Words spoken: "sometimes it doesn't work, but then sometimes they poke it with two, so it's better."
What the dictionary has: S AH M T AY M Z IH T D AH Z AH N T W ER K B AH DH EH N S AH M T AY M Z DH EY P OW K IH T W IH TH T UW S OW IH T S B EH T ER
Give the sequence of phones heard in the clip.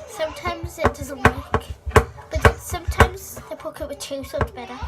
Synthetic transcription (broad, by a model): S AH M T AY M Z IH T D AH Z AH N T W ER K B AH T S AH M T AY M Z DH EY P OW K IH T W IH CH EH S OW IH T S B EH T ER